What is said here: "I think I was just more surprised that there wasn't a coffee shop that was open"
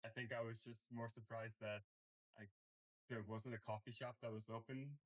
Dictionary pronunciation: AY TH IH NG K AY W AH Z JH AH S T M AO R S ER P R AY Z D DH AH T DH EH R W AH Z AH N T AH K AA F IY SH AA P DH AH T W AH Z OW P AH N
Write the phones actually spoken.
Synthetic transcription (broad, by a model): AY TH IH NG K AY W AH Z JH AH S T M AO R S ER P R AY Z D DH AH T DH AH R W AH Z AH N T AH K AA F IY SH AA P DH AH T W AH Z OW P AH N